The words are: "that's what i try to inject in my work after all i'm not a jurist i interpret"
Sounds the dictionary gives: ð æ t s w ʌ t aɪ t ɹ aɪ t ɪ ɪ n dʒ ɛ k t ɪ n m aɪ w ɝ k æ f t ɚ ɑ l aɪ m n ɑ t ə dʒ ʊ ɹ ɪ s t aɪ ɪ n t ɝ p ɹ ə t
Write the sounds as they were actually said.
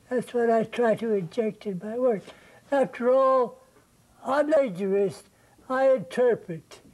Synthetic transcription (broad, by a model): ð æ t s w ʌ t aɪ t ɹ aɪ t ɪ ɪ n dʒ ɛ k t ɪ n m aɪ w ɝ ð æ f t ɚ ɑ l aɪ m l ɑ ə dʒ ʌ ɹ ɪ s t aɪ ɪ n t ɝ p ɹ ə t